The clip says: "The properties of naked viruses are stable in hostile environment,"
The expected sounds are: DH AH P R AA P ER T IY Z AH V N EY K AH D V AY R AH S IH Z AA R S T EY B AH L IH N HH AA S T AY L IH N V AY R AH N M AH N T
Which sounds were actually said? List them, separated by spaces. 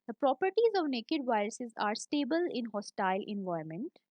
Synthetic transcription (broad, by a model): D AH P R AA P ER T IY Z AH V N EY K AH D V AY R AH S IH Z AA R S T EY B AH L IH N HH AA S T AY L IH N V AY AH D M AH N T